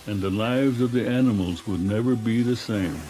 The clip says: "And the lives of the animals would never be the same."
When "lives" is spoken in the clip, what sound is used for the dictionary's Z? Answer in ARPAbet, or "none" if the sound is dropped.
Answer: Z